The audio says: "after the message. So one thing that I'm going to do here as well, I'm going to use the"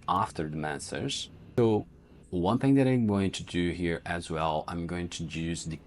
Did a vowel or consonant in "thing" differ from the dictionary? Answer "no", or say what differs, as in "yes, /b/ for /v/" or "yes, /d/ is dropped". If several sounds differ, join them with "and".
no